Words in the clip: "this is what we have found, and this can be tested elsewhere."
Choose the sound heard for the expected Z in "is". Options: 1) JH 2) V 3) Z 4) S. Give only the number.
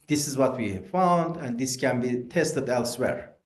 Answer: 3